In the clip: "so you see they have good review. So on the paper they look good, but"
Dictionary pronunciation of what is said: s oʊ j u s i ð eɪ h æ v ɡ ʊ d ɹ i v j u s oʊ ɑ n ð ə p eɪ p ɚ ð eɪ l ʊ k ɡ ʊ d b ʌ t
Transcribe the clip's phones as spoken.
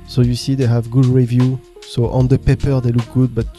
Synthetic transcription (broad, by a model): s oʊ j u s i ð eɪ h æ v ɡ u d ɹ i v j u s oʊ ɑ n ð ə p eɪ p ɚ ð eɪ l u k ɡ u d b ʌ t